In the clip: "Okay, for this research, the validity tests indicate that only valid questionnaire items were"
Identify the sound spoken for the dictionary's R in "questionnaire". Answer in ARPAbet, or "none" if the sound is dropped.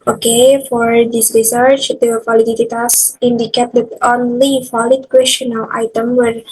L